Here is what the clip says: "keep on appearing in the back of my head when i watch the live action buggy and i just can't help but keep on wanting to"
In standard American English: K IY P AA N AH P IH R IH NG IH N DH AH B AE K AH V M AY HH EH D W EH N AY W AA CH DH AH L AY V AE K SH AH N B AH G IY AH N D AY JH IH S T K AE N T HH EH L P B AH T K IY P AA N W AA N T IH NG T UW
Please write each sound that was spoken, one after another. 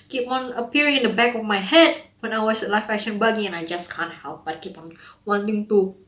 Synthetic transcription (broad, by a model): K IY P AA N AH P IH R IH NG IH N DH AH B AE K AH F M AY HH EH D W EH N AY W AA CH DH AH L AY F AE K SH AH N B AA G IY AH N AY JH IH S K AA N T HH EH L P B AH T K IY P AA N W AA N T IH NG T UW